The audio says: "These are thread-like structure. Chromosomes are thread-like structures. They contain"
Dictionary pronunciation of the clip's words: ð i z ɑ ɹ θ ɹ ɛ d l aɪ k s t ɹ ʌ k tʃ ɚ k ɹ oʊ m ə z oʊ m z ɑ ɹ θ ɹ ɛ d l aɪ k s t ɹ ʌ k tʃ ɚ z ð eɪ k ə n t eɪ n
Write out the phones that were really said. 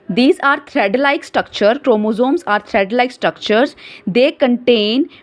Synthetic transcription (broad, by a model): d i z ɑ ɹ t ɹ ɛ d l aɪ k s t ɹ ʌ k tʃ ɚ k ɹ oʊ m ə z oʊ m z ɑ ɹ t ɹ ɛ d l aɪ k s t ɹ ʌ k tʃ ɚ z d eɪ k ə n t eɪ n